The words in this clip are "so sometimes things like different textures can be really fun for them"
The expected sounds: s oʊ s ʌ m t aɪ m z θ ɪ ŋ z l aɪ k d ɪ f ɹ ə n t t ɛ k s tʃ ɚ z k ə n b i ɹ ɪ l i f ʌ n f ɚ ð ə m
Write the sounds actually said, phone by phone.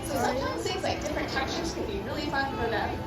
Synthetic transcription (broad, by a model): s oʊ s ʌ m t aɪ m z s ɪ z l aɪ k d ɪ f ɹ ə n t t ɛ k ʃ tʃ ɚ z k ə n b i ɹ ɪ l i f ʌ n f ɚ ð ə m